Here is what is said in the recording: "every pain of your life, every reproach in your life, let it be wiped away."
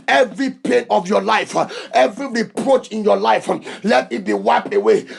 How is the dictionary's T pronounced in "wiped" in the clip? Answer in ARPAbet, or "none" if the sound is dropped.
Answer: none